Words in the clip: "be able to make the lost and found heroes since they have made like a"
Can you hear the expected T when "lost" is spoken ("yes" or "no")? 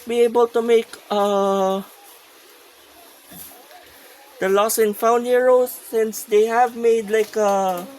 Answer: no